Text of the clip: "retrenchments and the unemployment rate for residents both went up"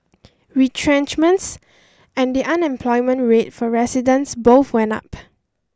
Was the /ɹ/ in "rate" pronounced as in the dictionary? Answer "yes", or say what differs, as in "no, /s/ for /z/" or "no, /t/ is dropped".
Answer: yes